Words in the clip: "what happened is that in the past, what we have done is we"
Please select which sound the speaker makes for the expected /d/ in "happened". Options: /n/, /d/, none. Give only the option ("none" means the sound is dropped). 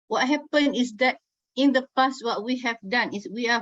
none